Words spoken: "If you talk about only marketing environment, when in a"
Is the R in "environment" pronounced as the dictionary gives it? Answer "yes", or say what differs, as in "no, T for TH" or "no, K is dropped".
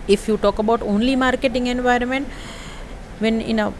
yes